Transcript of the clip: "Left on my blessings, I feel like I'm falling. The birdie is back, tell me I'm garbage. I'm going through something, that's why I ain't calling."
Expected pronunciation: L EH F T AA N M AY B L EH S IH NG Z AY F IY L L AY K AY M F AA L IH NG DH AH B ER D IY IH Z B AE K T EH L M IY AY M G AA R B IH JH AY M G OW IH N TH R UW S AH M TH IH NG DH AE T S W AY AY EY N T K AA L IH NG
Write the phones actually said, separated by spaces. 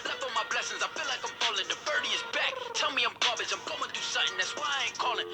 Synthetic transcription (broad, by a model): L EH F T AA M AY B L EH S IH NG Z AY F IY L L AY K AY M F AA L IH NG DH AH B ER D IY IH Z B AE K T EH L M IY AY M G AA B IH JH AY M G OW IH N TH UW S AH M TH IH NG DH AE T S W AY AY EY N K AA L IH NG